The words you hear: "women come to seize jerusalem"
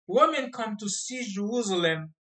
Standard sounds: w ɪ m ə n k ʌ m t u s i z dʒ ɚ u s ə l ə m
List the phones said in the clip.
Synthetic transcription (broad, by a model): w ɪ m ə n k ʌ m t u s i dʒ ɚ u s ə l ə m